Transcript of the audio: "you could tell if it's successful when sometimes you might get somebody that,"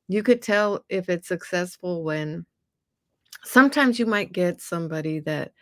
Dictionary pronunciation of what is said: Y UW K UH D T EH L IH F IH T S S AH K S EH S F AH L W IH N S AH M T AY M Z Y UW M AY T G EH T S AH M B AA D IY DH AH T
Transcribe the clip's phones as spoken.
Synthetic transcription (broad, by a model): Y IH K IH D T EH L IH F IH T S S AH K S EH S F L W IH N S AH M T AY M Z Y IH M AY T G EH T S AH M B AA D IY DH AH T